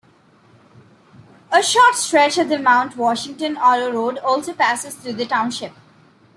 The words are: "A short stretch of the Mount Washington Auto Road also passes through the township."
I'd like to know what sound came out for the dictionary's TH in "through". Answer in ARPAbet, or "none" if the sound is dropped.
T